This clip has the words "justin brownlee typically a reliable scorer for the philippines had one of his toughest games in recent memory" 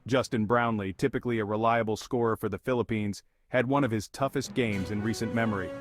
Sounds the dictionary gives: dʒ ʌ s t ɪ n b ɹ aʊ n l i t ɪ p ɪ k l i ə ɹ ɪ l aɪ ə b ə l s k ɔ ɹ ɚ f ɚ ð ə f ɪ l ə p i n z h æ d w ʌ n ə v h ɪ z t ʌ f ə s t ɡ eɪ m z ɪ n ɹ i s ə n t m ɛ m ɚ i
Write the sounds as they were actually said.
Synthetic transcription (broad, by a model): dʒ ʌ s t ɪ n b ɹ aʊ n l i t ɪ p ɪ k l i ə ɹ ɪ l aɪ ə b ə l s k ɔ ɹ f ɚ ð ə f ɪ l ə p i n z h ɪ d w ʌ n ə v ɪ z t ʌ f ə s t ɡ eɪ m z ɪ n ɹ i s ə n m ɛ m ɚ i